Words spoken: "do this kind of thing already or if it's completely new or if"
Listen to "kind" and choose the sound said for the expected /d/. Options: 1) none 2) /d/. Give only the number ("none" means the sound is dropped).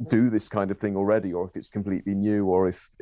2